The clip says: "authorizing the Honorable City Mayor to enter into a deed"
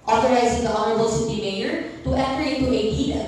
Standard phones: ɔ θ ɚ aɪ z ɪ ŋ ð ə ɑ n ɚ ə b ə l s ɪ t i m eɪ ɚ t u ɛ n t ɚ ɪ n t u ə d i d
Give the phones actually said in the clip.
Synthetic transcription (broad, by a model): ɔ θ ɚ aɪ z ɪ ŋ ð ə ɑ n ɚ ə b ə l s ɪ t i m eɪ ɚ t u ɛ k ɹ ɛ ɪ t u ə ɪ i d